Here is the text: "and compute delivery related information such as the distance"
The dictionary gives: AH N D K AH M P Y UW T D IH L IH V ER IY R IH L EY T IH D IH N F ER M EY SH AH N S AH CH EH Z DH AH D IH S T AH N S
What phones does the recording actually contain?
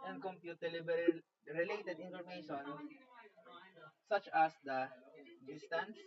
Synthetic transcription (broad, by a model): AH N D K AH M P Y UW T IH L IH B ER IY R IH L EY T IH D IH N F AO M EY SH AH N S AH CH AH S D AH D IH S T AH N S